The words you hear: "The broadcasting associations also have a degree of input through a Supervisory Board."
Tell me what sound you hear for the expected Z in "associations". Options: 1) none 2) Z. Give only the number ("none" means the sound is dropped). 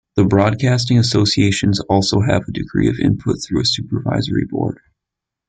2